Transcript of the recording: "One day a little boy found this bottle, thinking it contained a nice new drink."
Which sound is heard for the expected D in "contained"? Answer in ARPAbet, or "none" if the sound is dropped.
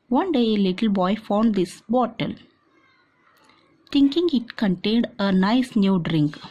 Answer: D